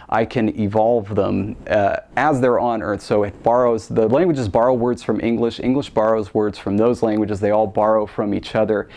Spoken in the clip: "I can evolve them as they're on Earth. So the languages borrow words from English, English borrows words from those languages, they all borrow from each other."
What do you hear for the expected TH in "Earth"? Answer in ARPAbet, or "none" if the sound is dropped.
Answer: TH